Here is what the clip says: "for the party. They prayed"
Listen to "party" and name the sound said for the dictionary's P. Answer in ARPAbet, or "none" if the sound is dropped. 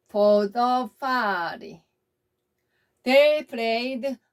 F